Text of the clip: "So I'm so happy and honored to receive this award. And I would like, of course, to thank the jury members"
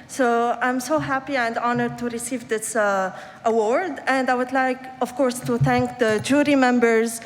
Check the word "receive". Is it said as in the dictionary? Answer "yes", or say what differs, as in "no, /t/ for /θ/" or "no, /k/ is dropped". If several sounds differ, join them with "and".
yes